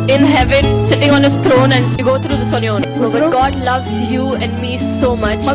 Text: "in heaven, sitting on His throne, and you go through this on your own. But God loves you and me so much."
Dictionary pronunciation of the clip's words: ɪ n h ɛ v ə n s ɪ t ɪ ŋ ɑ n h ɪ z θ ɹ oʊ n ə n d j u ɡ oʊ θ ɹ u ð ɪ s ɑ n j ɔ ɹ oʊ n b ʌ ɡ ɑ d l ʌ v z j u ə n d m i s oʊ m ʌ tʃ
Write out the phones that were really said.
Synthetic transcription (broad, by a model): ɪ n h ɛ v ə n s ɪ t ɪ ŋ ɑ n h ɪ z t ɹ oʊ n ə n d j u ɡ oʊ t ɹ u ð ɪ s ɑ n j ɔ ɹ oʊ b ʌ ɡ ɑ d l ʌ v z j u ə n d m i s oʊ m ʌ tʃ